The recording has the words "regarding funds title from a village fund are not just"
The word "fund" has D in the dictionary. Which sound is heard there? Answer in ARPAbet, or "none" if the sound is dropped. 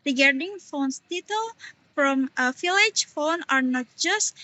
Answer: none